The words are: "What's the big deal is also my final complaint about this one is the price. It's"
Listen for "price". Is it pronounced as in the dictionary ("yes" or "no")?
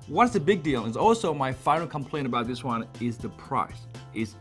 yes